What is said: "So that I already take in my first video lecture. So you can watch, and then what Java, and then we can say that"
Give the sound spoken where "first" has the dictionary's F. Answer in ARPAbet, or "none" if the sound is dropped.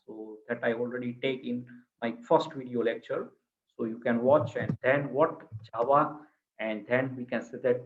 F